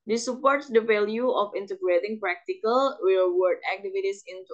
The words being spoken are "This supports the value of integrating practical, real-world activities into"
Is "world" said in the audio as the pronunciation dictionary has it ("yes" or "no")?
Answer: no